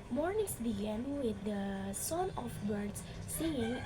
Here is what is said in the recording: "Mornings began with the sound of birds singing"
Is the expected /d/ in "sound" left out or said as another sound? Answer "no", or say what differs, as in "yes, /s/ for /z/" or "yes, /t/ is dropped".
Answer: yes, /d/ is dropped